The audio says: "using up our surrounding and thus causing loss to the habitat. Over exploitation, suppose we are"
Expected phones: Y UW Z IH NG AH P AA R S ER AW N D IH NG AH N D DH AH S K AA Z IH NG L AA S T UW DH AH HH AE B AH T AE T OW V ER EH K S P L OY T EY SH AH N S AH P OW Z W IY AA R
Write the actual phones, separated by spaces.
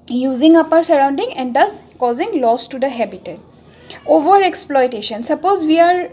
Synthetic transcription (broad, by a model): Y UW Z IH NG AH P AA R S ER AW N D IH NG AH N D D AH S K AA Z IH NG L AA S T UW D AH HH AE B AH T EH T OW V ER EH K S P L OY T EY SH AH N S AH P OW Z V IY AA R